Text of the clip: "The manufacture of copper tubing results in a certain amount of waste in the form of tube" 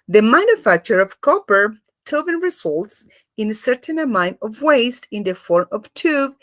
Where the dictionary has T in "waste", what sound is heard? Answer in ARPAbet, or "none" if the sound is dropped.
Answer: T